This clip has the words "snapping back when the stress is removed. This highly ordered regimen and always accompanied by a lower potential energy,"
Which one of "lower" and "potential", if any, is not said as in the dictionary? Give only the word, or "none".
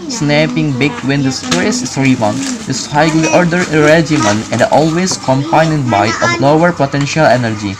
none